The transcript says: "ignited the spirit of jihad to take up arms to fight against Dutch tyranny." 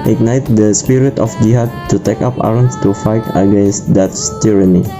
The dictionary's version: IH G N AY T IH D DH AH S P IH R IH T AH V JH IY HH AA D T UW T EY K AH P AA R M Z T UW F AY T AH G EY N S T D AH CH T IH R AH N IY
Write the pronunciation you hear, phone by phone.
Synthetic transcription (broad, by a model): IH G N AY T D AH S P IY R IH T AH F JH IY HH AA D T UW T EY K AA P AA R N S T UW F AY T AH G EY N S T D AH S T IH R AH N IY